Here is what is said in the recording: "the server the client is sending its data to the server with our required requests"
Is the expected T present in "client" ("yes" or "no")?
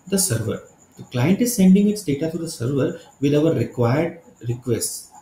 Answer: yes